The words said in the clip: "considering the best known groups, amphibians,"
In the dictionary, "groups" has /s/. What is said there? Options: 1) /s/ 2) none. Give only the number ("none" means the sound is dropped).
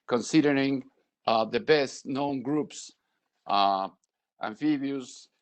1